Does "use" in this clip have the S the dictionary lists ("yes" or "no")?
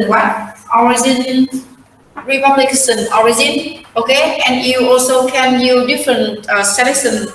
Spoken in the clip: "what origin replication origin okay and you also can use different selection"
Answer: no